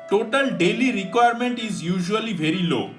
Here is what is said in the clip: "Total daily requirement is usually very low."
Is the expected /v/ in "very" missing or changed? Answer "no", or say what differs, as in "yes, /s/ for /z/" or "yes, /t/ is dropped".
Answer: yes, /b/ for /v/